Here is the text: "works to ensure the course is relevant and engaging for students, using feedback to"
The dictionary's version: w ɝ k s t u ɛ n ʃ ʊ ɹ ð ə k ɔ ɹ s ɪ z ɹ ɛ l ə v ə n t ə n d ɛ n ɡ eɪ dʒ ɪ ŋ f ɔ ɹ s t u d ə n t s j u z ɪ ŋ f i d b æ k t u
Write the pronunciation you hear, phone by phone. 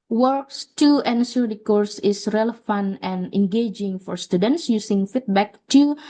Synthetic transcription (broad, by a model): w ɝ k s t u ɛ n s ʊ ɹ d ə k ɔ ɹ s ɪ s ɹ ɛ l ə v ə n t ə n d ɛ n ɡ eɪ dʒ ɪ ŋ f ɔ ɹ s t u d ə n t s j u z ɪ ŋ f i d b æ k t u